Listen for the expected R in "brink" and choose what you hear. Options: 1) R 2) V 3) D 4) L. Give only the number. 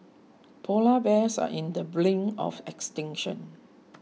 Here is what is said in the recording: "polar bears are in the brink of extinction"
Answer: 4